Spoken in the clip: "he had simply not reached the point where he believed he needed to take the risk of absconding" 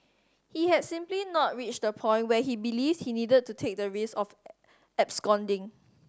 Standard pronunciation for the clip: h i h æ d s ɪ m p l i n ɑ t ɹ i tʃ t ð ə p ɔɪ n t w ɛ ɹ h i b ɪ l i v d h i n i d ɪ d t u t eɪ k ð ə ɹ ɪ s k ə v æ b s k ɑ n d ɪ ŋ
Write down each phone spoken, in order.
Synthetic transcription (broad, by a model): h i h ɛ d s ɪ m p l i n ɑ t ɹ i tʃ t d ə p ɔɪ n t w ɛ h i b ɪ l i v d h i n i d ɪ d t u t eɪ k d ə ɹ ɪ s ə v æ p s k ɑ n d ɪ ŋ